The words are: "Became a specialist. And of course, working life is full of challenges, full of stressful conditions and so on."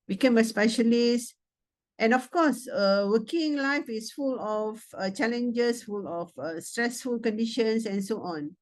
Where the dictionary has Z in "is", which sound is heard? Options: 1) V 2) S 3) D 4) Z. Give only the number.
2